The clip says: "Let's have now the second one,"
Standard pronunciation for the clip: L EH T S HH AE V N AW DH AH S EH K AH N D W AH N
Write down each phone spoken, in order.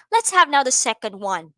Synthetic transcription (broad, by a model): L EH T S HH AE V N AW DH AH S EH K AH N D W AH N